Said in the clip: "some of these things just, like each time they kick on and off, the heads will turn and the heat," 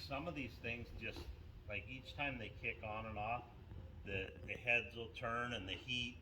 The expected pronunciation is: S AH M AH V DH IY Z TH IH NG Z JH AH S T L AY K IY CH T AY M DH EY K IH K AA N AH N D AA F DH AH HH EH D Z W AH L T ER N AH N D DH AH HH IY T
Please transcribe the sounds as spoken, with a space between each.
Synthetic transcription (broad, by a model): S AH M AH V DH IY Z TH IH NG Z JH AH S T L AY K IY CH T AY M DH EY K IH K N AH N AA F DH AH HH EH D Z W AH L T ER N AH N DH AH HH IY T